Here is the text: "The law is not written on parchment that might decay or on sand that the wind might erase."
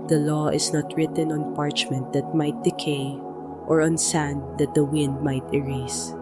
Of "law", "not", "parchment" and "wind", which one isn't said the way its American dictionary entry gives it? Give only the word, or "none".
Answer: none